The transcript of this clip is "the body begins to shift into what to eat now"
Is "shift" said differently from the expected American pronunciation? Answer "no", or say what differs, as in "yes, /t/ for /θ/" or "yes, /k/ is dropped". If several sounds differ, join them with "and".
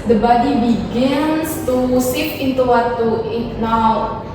yes, /s/ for /ʃ/